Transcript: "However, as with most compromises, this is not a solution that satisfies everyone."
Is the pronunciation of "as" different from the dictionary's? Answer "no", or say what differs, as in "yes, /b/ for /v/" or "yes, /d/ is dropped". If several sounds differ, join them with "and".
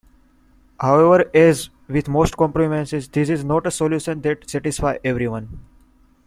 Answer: no